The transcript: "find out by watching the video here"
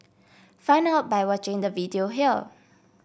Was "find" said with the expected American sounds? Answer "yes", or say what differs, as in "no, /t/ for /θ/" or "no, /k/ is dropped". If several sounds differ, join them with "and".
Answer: no, /d/ is dropped